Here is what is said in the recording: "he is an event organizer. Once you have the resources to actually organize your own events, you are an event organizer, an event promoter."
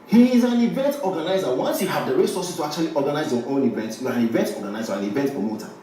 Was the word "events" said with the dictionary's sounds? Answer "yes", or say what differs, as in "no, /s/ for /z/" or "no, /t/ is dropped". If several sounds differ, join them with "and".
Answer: no, /s/ is dropped